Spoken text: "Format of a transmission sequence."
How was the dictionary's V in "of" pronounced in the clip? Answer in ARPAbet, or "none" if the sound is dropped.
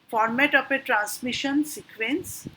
P